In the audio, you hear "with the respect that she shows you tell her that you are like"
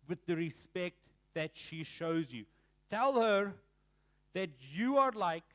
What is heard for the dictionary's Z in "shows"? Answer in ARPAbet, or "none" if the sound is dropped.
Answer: Z